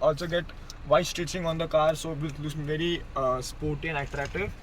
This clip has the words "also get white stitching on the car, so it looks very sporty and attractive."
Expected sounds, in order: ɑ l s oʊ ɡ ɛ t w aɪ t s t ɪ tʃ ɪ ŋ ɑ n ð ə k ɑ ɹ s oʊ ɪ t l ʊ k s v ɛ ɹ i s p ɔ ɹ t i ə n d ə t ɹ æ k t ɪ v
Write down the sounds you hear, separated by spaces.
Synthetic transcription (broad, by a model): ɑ l s oʊ ɡ ɛ t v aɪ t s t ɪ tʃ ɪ ŋ ɑ n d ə k ɑ ɹ s oʊ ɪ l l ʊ s v ɛ ɹ i s p ɔ ɹ t i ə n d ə t ɹ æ k t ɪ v